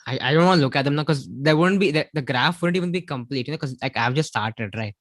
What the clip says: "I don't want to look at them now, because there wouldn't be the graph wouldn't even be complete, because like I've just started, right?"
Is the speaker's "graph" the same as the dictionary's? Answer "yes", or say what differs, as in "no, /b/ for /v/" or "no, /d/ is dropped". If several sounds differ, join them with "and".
yes